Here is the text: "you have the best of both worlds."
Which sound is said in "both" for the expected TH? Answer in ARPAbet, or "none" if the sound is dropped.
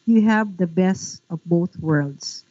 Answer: TH